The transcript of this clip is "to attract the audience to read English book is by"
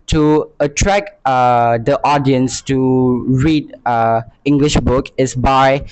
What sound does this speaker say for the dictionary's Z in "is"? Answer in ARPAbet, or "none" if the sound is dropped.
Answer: S